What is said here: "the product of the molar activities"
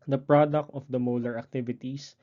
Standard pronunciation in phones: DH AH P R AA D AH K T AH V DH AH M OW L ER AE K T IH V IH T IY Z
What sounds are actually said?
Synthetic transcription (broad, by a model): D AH P R AA D AH K T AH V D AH M OW L ER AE K T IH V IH T IY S